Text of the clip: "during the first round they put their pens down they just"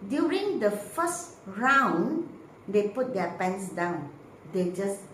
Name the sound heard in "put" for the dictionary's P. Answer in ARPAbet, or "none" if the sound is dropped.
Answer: P